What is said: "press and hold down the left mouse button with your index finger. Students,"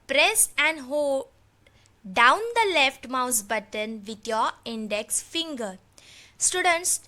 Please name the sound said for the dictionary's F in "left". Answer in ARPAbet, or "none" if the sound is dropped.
F